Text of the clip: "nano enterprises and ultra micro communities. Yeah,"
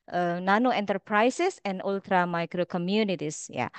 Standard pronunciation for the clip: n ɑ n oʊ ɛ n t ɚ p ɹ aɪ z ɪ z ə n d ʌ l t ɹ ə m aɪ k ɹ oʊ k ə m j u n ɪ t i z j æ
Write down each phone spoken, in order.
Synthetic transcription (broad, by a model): n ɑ n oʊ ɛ n t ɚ p ɹ aɪ s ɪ s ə n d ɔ l t ɹ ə m aɪ k ɹ oʊ k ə m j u n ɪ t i s j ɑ